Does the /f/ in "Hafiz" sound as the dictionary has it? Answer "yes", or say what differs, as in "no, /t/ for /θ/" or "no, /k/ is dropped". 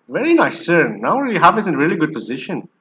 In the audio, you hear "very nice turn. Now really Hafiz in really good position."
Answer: no, /p/ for /f/